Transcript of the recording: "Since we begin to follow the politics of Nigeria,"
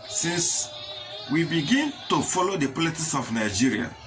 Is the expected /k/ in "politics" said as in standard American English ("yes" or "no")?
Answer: no